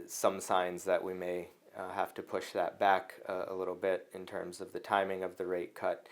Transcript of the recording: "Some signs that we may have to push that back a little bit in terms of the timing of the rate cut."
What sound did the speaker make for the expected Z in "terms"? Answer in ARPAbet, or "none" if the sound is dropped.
Z